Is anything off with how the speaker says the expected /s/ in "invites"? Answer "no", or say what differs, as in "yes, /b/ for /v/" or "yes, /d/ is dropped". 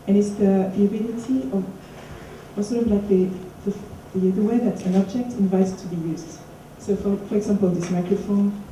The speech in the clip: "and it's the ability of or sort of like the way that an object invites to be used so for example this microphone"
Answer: yes, /s/ is dropped